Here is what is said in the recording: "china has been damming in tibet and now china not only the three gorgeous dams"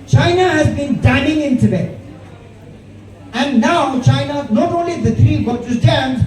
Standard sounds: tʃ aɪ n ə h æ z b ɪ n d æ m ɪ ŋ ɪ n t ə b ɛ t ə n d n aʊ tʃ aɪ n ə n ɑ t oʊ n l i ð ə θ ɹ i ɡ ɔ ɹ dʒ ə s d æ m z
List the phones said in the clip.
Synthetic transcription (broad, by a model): tʃ aɪ n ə h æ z b ɪ n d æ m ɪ ŋ ɪ n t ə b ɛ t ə n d n aʊ tʃ aɪ n ə n ɑ t oʊ n l i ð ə t ɹ i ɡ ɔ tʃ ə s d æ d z